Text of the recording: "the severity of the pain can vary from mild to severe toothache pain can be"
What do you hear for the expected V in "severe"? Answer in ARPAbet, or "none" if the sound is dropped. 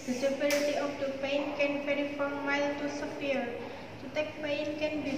P